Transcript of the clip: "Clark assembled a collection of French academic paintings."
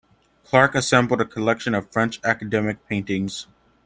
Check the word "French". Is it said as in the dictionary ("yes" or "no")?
yes